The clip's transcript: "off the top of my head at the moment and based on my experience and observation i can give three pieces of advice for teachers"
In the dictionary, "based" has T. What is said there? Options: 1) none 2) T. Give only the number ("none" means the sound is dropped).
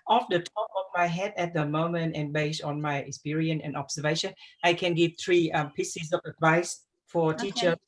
1